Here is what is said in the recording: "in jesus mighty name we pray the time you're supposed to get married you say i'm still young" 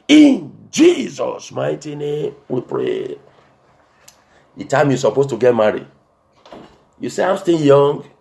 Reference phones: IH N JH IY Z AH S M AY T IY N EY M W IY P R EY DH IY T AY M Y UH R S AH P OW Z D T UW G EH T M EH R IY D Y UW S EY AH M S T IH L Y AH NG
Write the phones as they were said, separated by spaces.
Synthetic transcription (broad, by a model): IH N JH IY Z AH S M AY T IY N EY M W IY P R EY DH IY T AY M Y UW S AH P OW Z T UW G EH T M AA R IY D Y UW S EY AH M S T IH N Y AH NG